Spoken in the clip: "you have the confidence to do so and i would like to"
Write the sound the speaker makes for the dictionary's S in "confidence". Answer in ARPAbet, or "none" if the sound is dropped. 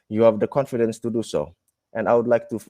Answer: S